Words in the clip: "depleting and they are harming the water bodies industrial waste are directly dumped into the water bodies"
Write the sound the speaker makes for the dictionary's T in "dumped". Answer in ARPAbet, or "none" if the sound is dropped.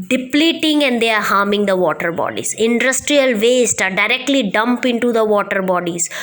none